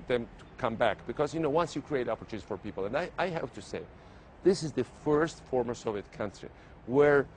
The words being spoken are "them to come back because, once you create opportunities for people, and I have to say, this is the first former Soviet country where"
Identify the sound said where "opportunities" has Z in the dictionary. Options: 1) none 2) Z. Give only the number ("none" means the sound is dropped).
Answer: 1